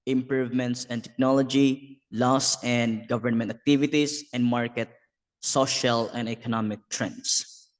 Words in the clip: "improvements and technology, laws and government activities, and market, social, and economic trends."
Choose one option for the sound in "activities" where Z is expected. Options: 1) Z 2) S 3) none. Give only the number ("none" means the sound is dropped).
2